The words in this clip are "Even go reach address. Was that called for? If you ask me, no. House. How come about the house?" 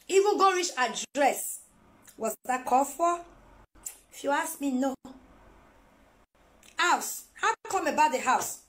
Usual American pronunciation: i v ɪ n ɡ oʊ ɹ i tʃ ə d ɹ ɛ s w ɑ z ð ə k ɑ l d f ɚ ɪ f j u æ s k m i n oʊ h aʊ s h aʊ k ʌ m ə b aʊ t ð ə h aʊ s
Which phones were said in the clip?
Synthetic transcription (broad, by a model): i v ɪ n ɡ oʊ ɹ i tʃ ə d ɹ ɛ s w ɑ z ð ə k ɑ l f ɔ ɪ f j u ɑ s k m i n oʊ h aʊ s h aʊ k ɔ m ə b aʊ t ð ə h aʊ s